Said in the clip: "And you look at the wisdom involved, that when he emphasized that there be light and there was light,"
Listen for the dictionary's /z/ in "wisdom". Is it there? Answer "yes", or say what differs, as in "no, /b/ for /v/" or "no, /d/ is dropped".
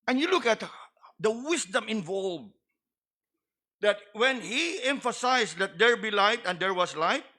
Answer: no, /s/ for /z/